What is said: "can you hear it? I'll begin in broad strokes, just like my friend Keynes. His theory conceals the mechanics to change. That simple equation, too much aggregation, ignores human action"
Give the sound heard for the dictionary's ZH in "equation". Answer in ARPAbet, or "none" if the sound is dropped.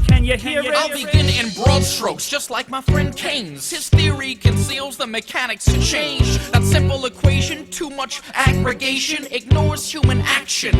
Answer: ZH